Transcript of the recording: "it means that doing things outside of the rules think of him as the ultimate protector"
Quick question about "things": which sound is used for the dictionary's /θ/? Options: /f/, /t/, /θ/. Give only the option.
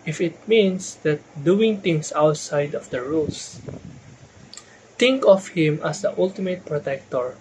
/t/